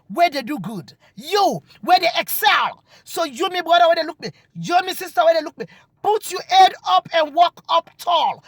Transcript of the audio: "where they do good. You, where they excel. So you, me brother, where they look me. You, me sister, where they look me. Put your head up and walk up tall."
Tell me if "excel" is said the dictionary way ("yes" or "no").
yes